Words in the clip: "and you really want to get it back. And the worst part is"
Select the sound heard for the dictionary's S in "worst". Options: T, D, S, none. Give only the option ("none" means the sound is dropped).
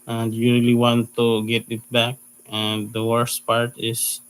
S